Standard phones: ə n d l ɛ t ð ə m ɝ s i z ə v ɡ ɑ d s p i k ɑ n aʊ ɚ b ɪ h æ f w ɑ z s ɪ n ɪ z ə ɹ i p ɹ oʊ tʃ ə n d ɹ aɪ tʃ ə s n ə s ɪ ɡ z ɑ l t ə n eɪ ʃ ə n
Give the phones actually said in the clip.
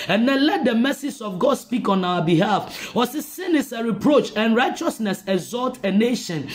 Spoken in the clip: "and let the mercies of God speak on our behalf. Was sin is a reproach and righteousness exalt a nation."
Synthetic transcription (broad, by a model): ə n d l ɛ t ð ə m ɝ s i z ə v ɡ ɑ d s p i k ɑ n aʊ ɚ b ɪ h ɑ f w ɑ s s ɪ n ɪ s ə ɹ i p ɹ oʊ tʃ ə n ɹ aɪ tʃ ə s n ə s ɪ ɡ z ɑ l t ə n eɪ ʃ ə n